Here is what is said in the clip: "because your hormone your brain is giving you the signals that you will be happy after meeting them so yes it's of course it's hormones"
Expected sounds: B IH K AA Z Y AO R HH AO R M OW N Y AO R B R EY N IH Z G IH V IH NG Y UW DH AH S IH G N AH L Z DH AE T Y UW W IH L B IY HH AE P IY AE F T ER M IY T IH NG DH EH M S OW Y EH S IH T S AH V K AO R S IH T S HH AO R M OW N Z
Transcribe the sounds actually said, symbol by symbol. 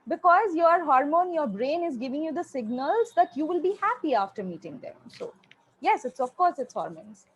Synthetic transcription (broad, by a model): B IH K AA Z Y AO R HH AO R M OW N Y AO R B R EY N IH Z G IH V IH NG Y UW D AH S IH G N AH L Z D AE T Y UW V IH L B IY HH AE P IY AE F T ER M IY T IH NG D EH M S OW Y EH S IH T S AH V K AO R S IH T S HH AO R M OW N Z